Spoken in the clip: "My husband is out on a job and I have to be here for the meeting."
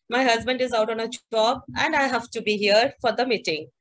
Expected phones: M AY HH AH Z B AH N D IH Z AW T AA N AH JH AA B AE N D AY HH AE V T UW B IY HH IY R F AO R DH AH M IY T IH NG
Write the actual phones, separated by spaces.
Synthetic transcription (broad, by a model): M AY HH AH Z B AH N D IH Z AW T AA N AH CH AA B AE N D AY HH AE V T UW B IY HH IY R F AO R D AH M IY T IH NG